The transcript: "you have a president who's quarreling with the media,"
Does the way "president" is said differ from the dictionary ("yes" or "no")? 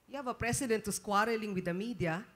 yes